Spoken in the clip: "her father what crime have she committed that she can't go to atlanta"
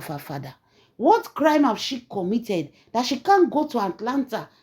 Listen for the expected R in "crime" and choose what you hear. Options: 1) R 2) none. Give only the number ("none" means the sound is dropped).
1